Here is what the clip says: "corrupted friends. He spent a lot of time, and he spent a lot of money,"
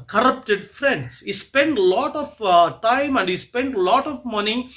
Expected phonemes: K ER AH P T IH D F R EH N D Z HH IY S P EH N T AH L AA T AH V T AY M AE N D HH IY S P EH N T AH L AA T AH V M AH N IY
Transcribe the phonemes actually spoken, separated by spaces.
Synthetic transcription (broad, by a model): K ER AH P T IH D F R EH N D S HH IY S P EH N T L AA T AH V T AY M AE N D HH IY S P EH N T L AA T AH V M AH N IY